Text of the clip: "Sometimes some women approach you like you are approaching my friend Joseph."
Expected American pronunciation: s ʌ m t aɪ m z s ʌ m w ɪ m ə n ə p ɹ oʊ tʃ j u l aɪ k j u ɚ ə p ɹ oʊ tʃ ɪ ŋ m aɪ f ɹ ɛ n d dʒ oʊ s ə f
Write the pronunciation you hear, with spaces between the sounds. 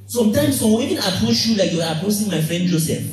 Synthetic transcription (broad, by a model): s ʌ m t aɪ m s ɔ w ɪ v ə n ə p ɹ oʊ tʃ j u l aɪ k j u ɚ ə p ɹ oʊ s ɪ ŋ m aɪ f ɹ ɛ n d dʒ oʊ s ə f